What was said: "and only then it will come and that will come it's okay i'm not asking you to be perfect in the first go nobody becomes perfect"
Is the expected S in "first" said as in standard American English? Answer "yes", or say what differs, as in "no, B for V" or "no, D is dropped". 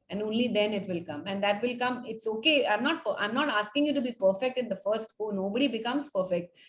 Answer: yes